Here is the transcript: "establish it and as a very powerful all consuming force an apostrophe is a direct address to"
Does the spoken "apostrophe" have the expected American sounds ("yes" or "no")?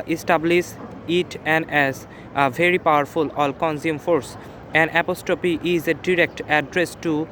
no